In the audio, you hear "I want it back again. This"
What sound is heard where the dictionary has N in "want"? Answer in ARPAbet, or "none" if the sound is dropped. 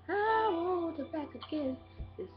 none